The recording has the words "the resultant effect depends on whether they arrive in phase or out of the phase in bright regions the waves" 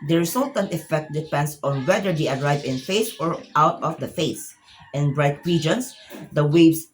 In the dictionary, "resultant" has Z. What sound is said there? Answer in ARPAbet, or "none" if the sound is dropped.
S